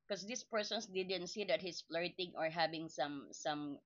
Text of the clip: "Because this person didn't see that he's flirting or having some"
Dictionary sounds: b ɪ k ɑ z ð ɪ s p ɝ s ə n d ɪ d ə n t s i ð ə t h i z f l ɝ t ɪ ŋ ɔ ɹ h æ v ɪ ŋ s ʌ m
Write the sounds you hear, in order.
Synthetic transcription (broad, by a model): k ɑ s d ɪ s p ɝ s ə n d ɪ d ə n t s i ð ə t h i s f l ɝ t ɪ ŋ ɔ ɹ h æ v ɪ ŋ s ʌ m